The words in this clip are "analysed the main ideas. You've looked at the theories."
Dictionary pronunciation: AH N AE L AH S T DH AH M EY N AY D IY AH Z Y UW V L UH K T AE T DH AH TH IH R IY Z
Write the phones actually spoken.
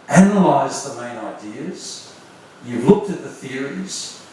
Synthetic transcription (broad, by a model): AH N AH L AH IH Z DH AH M EY N AY D IY AH Z Y UW V L UH K T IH T DH AH TH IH R IY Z